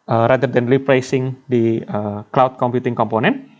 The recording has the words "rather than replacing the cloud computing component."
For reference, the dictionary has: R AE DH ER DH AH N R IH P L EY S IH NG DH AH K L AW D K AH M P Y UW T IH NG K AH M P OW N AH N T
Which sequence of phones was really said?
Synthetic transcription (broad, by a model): R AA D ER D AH N L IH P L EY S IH NG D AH K L AW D K AH M P Y UW T IH NG K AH M P OW N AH N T